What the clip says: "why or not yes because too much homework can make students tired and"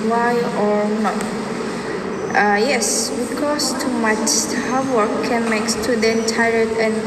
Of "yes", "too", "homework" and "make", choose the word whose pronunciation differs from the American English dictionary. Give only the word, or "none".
homework